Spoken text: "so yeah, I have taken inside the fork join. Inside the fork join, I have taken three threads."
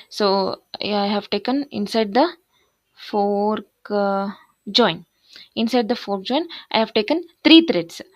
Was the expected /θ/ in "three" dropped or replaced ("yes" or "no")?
yes